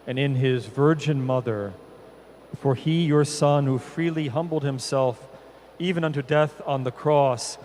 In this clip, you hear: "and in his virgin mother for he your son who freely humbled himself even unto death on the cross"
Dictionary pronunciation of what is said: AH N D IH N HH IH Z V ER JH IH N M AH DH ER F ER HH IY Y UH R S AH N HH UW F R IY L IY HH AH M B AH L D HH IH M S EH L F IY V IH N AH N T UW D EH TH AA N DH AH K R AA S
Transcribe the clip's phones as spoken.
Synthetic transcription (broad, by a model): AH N IH N IH Z V ER JH IH N M AH DH ER F ER IY Y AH R S AH N HH UW F R IY L IY HH AH M B L D HH IH M S EH L F IY V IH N AH N T UW D EH TH N DH AH K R AA S